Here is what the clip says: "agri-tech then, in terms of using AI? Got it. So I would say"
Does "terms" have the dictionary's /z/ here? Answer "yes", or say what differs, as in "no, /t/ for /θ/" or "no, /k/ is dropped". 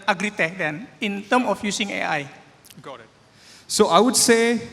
no, /z/ is dropped